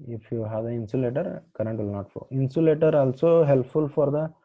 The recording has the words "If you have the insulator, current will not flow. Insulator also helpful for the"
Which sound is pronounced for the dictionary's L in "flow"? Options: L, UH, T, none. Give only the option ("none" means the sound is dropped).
none